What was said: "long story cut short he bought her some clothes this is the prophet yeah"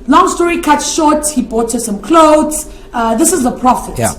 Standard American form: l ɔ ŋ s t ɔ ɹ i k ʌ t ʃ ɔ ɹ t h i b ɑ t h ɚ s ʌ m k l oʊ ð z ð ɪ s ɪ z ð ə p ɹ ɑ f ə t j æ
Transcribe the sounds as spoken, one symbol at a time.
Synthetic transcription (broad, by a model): l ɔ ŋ s t ɔ ɹ i k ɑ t ʃ ɔ t h i b ɑ t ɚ s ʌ m k l oʊ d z ð ɪ s ɪ z ð ə p ɹ ɑ f ə t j